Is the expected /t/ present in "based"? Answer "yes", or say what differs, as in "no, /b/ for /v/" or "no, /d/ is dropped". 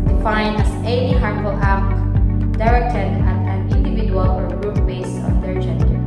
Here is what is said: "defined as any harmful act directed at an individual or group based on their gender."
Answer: no, /t/ is dropped